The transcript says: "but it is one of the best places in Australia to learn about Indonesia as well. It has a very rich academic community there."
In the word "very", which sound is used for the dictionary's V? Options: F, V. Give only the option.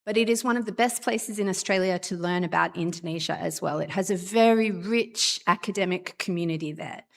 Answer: V